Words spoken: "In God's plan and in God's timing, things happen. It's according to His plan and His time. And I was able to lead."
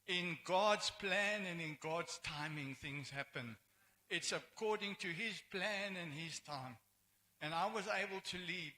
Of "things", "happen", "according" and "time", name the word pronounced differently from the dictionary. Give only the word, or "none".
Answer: none